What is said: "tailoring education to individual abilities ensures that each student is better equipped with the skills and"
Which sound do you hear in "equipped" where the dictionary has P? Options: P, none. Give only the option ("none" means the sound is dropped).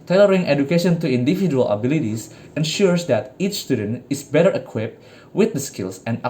P